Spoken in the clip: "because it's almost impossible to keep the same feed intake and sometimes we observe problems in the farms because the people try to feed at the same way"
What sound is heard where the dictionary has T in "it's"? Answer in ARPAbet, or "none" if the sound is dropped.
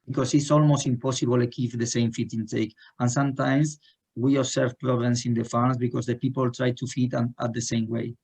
T